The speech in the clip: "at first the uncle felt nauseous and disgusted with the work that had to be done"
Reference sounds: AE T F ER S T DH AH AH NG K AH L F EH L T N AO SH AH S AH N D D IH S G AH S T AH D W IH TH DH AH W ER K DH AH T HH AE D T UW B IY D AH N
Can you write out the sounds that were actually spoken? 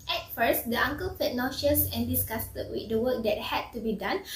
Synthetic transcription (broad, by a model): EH T F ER S T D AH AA NG K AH L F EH T N AO SH AH S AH N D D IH S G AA S T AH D W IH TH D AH W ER K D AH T HH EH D T UW B IY D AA N